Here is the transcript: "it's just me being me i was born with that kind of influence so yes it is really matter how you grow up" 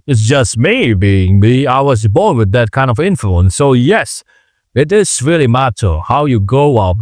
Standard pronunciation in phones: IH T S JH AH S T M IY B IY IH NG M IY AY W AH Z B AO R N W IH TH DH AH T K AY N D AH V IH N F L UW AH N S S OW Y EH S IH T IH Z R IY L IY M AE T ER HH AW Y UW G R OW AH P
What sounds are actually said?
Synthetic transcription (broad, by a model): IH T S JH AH S T M IY B IY IH NG M IY AY W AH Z B AO R N W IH DH AH T K AY N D AH V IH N F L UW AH N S S OW Y EH S IH T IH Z R IY L IY M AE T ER HH AW Y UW G OW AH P